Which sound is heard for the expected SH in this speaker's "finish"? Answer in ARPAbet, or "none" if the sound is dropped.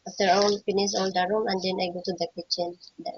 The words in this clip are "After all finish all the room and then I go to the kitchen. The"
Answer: S